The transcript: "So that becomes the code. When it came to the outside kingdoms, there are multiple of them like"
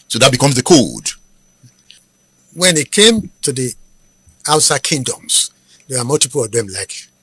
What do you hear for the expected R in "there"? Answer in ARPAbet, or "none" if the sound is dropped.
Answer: W